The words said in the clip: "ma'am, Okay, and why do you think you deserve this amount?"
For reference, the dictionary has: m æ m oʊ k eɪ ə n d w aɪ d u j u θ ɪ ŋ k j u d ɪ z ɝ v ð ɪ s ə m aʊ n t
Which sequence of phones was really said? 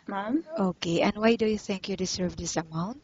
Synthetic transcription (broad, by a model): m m oʊ k eɪ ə n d w aɪ d u j u θ ɪ ŋ k j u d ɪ s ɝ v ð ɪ s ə m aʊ n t